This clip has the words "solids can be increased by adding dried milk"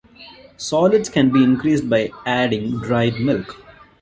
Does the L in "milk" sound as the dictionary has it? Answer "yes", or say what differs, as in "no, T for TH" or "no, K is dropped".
yes